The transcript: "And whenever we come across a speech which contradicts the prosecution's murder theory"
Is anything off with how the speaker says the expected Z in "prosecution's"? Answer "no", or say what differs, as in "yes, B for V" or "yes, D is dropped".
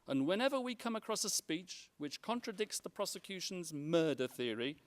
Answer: no